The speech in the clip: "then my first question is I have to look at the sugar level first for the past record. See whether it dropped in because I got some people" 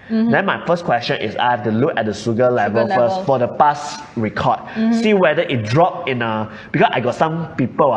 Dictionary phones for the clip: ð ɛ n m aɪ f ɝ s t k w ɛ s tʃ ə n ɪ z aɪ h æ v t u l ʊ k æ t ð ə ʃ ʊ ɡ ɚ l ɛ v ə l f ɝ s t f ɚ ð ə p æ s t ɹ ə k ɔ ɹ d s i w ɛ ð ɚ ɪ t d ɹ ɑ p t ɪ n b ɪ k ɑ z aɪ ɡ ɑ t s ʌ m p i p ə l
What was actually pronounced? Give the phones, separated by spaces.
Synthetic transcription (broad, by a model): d ɛ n m aɪ f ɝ s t k w ɛ s tʃ ə n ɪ s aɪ h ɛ f t u l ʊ k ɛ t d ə s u ɡ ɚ l ɛ v ə l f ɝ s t f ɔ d ə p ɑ s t ɹ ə k ɔ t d s i w ɛ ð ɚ ɪ t d ɹ ɑ p ɪ n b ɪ k ɑ s aɪ ɡ ɑ t s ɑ m p i p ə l